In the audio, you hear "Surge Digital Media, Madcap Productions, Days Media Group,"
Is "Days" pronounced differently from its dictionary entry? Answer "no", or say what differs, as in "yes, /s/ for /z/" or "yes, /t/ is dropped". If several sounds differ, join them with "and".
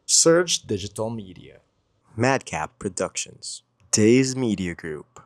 no